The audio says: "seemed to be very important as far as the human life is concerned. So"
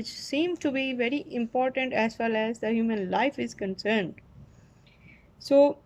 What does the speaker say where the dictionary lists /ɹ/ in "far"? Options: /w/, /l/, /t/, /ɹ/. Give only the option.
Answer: /l/